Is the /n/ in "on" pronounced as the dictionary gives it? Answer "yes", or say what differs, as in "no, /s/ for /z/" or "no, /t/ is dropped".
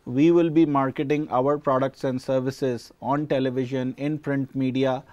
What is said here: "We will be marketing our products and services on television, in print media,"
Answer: yes